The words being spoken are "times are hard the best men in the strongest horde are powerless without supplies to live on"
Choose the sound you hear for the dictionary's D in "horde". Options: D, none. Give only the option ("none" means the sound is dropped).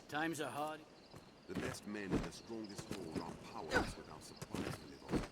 none